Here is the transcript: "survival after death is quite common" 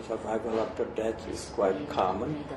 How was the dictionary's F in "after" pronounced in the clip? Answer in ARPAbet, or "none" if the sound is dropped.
P